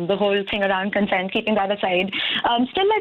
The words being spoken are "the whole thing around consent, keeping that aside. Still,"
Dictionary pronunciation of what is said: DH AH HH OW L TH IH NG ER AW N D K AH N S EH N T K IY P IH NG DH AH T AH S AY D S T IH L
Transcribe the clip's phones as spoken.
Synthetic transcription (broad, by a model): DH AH HH OW L T IH NG ER AW N D K AH N S EH N T K IY P IH NG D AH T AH S AY D S T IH L